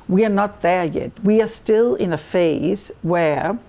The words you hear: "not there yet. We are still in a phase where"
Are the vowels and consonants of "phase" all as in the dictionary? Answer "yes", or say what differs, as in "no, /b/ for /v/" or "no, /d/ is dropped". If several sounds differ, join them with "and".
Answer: yes